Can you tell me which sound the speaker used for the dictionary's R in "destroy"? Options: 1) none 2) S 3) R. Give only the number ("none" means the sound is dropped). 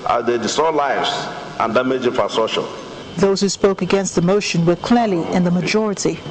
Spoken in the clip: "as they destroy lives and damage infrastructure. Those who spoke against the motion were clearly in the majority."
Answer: 1